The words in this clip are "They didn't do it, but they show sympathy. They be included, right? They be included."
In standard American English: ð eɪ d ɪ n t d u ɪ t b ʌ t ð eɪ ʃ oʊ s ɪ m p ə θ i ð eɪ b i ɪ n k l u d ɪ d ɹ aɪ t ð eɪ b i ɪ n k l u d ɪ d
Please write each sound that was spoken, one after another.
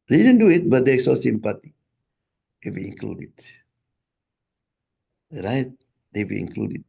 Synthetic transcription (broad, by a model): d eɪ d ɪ n d u ɪ t b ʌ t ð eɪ s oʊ s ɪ m p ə t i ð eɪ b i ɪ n k l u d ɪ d ɹ aɪ t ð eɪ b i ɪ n k l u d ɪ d